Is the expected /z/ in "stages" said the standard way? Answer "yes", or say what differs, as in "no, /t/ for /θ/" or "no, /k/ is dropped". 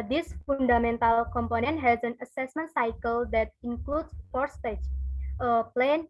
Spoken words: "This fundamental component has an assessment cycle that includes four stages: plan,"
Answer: no, /z/ is dropped